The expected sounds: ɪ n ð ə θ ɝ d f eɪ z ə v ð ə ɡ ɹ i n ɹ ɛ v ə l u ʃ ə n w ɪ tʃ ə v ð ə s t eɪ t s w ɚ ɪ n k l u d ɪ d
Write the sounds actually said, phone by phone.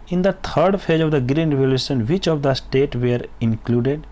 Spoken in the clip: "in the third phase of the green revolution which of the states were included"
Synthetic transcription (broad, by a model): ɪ n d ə t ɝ d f eɪ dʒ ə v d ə ɡ ɹ i n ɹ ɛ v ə l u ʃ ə n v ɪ tʃ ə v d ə s t eɪ t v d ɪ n k l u d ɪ d